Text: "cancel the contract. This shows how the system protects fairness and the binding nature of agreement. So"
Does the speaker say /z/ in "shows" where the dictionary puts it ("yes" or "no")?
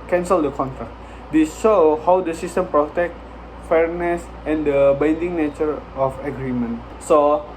no